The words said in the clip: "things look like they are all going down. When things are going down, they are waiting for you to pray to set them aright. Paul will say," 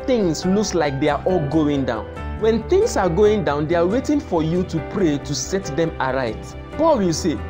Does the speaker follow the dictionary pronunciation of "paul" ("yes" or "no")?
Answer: yes